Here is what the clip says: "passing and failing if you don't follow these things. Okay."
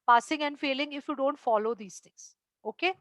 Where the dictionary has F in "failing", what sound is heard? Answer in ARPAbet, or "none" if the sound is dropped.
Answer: F